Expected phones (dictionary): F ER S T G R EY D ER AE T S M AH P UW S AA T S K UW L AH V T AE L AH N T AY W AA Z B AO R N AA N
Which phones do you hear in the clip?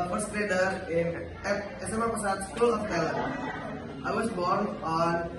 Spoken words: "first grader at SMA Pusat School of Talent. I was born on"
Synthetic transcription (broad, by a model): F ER S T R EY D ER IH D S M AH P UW S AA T S K UW L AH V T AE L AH T AY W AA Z B AO R N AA N